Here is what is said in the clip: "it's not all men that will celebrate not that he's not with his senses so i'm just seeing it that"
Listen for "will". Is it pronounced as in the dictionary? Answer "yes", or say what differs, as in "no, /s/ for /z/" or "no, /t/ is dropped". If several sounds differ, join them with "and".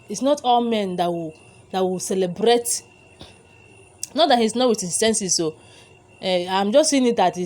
no, /w/ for /l/